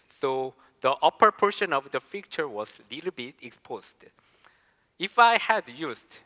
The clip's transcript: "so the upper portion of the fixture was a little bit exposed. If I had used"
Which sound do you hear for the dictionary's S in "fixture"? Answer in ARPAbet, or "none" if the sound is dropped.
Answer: none